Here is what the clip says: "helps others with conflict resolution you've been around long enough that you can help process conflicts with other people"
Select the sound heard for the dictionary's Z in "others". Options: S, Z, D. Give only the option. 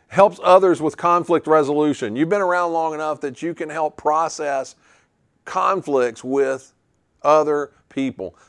Z